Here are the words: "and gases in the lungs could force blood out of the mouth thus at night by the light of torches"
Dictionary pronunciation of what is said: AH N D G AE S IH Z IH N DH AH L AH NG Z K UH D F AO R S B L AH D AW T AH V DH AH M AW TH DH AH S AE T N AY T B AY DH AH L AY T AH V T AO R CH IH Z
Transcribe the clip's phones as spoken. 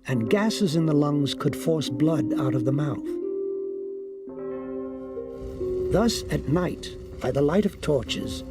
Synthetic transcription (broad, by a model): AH N G AE S IH Z IH N DH AH L AH NG Z K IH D F AO R S B L AH D AW T AH V DH AH M AW TH DH AH S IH T N AY T B AY DH AH L AY T AH V T AO R CH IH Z